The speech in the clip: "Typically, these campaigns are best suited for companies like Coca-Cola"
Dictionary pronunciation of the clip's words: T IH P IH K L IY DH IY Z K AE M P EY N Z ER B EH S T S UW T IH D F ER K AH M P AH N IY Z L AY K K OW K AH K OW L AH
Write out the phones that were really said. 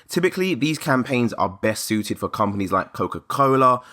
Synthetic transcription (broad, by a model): T IH P IH K L IY DH IY Z K AE M P EY N Z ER B EH S T S UW T IH D F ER K AH M P AH N IY Z L AY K K OW K AH K OW L AH